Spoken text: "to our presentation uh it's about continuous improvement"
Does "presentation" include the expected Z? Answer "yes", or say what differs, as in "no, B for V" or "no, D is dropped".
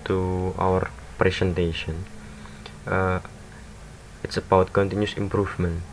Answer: no, S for Z